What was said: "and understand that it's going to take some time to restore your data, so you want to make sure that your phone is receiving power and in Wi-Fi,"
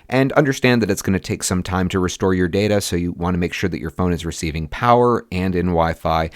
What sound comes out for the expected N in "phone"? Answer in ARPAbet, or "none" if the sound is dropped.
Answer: N